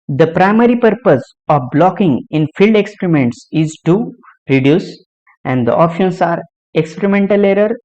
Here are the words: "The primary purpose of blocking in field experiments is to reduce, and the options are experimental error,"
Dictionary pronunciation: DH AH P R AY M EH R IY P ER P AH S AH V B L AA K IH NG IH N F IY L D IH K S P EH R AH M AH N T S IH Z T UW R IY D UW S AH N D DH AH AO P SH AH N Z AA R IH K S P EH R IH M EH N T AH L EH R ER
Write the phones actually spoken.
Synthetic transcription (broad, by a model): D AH P R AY M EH R IY P ER P AH S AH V B L AA K IH NG IH N F IY L D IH K S P R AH M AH N T S IH Z T UW R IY D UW S AH N D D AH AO P SH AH N S AA R IH K S P EH R IH M EH N T AH L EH R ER